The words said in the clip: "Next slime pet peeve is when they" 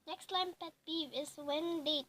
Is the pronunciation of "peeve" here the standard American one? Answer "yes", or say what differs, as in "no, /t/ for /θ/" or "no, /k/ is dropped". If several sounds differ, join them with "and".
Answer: no, /b/ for /p/